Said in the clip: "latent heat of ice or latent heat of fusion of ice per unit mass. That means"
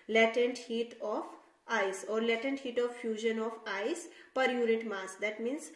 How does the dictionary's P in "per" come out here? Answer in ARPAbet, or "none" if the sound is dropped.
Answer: P